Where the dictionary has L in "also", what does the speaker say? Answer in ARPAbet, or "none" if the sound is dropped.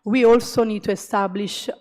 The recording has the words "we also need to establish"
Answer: L